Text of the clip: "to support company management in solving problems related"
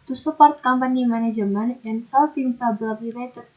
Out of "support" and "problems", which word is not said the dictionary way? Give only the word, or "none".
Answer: problems